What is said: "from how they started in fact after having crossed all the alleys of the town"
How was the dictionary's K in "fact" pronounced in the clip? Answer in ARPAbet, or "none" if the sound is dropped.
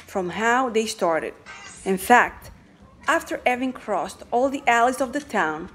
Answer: K